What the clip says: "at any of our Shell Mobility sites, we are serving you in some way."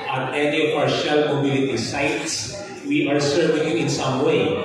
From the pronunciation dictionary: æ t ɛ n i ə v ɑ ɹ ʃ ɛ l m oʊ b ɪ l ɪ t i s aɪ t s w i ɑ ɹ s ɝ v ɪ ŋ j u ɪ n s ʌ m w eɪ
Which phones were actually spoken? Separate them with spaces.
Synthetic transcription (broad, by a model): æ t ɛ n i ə p ɑ ɹ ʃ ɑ l m oʊ b ɪ l ɪ t i s aɪ t s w i ɑ ɹ s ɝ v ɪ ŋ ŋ ɪ n s ʌ m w eɪ